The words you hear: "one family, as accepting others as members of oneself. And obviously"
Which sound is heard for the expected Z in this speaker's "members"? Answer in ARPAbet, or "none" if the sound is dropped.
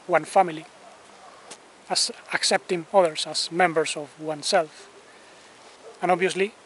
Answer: S